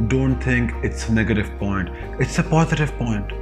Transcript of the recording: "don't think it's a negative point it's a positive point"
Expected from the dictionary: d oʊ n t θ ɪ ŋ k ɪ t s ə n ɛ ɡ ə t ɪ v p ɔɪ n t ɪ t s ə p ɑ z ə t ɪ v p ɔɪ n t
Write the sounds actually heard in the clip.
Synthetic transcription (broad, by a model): d oʊ n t t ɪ ŋ k ɪ t s ə n ɛ ɡ ə t ɪ v p ɔɪ n t ɪ t s ə p ɑ z ə t ɪ v p ɔɪ n t